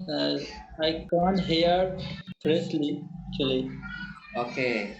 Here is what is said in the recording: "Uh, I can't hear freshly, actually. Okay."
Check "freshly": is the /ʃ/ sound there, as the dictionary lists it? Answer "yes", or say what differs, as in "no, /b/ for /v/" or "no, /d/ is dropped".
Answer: no, /s/ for /ʃ/